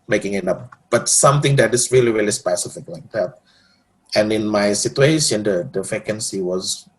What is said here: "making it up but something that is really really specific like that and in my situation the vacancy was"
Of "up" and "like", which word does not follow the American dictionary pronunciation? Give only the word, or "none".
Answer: up